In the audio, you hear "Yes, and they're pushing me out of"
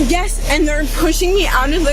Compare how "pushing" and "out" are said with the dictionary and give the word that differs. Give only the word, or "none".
none